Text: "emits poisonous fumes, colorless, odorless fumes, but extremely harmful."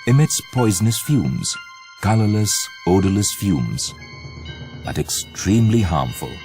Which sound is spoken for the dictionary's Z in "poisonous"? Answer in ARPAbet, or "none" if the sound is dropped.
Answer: Z